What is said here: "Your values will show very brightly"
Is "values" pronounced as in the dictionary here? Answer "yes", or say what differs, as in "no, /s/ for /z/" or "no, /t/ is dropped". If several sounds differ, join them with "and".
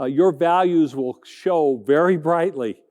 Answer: yes